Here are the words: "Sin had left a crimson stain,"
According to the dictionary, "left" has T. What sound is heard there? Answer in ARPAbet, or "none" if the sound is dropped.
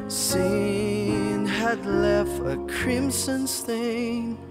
T